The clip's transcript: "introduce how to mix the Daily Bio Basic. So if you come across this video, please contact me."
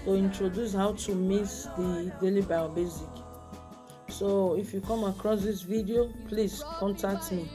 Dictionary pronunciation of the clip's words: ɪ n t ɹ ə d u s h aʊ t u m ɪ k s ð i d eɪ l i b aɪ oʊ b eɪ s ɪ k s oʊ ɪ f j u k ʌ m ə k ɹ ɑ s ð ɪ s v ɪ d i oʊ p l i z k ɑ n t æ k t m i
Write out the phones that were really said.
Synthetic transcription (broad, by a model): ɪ n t ɹ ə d u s h aʊ t u m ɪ s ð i d eɪ l i b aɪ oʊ b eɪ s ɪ k s oʊ ɪ f j u k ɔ m ə k ɹ ɑ s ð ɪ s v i d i oʊ p l i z k ɑ n t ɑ k t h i